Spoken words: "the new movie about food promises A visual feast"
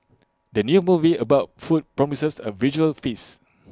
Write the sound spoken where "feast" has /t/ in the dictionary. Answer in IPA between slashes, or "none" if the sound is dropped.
none